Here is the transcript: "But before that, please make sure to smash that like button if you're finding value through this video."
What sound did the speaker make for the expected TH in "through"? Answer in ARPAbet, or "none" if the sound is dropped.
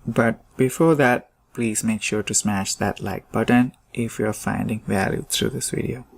T